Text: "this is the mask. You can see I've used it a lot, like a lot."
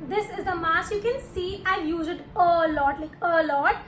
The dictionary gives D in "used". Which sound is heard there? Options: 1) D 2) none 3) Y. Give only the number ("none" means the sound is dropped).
2